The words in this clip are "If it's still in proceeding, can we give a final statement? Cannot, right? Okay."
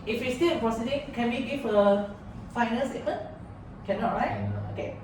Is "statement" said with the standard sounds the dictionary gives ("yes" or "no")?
no